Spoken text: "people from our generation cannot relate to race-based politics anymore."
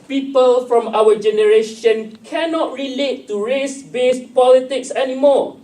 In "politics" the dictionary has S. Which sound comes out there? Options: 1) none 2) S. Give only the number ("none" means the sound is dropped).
2